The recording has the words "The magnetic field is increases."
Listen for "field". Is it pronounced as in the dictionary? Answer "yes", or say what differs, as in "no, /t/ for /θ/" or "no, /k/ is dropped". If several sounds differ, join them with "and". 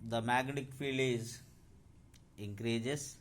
no, /d/ is dropped